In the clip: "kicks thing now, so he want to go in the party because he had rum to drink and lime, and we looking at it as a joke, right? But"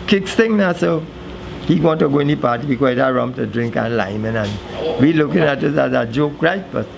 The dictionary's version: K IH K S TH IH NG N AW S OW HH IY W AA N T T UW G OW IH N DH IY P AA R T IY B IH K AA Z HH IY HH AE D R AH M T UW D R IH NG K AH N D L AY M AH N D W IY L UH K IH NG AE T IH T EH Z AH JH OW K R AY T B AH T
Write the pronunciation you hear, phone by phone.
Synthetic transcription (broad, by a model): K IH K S T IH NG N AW S OW HH IY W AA N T T UW G OW IH N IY P AA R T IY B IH K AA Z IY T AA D R AH M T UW D R IH NG K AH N L AY M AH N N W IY L UH K IH NG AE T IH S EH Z AH JH OW K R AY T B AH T